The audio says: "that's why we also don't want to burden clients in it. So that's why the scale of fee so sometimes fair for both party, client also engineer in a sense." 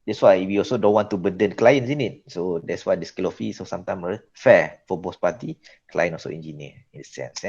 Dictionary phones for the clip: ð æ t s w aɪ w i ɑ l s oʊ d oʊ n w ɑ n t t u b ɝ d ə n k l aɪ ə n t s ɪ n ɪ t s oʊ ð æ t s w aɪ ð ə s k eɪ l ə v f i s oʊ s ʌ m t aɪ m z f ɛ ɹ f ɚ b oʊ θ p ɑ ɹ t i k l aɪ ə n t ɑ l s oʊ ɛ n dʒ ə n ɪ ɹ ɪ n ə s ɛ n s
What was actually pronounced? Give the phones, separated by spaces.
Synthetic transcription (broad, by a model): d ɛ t s w aɪ w i ɑ l s oʊ d oʊ n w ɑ n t t u b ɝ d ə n k l aɪ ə n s ɪ n ɪ t s oʊ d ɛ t s w aɪ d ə s k eɪ l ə f i s oʊ s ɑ m t aɪ m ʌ f ɛ f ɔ b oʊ s p ɑ t i k l aɪ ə n ɑ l s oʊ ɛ n dʒ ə n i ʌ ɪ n ə s ɛ n s